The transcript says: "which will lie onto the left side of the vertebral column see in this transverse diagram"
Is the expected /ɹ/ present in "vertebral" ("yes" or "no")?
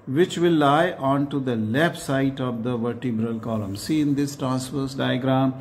yes